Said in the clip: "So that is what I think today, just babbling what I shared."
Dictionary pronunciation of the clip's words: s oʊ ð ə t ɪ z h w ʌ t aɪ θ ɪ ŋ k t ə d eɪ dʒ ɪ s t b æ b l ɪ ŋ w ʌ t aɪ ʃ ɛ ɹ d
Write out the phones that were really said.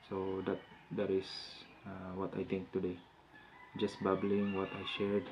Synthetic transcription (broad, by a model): s oʊ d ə t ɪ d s w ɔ t aɪ t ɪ ŋ k t ə d eɪ dʒ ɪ s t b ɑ b l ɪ ŋ w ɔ t aɪ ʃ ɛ ɹ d